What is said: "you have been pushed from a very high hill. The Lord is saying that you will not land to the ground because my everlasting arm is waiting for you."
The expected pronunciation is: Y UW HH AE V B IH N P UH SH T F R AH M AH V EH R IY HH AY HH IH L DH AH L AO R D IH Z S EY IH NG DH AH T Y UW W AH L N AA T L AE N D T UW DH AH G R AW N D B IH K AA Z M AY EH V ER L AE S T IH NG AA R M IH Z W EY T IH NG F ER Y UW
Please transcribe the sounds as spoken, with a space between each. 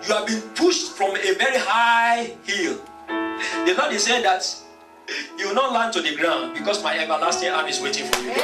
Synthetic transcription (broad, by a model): Y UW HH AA V B IH N P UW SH T F R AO M AH V EH R IY HH AY HH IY L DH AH N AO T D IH S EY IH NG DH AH T Y UW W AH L N AA T L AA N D T UW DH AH G R AW N D B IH K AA S M AY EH V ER L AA S T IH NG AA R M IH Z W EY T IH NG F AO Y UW